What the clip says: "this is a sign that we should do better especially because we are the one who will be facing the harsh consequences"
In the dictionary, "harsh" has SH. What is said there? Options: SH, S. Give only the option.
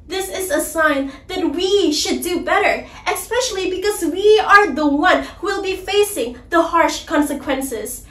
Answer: SH